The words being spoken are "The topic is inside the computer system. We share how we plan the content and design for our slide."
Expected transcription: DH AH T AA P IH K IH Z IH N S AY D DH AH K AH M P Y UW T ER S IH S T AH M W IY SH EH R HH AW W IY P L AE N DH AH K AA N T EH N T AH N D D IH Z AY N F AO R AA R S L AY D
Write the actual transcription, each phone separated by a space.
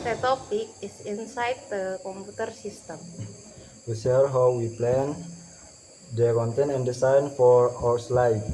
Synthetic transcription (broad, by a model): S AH T AA P IH K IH S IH N S AY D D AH K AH M P UW T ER S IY S T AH M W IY S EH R HH AW W IY P L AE N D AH K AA N T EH N AH N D D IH S AY N F AO R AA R S L AY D